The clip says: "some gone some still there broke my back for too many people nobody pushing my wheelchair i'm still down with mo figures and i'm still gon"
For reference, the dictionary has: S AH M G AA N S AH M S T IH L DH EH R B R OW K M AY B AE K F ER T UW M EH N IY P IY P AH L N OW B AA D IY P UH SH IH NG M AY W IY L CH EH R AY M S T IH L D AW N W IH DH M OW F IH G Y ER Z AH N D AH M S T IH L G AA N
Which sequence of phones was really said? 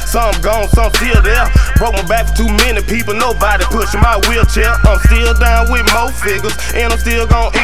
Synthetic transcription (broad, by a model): S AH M G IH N S AH M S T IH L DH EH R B R OW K M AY B AE K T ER T UW M EH N IY P IY P L N OW B AA D IY P UH SH IH NG M AY W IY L CH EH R AY M S T IH L D AW N W IH DH M OW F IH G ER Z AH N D AH M S T IH L G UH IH